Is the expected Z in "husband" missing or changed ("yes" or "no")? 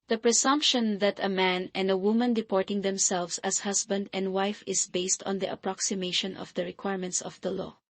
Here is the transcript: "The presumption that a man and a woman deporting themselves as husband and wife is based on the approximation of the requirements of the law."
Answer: yes